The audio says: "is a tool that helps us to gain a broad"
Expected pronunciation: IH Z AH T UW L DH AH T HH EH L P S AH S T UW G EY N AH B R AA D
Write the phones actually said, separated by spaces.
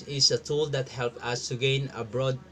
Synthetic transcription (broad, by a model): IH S AH T UW L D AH T HH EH L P AH S T UW G EY N AH B R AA D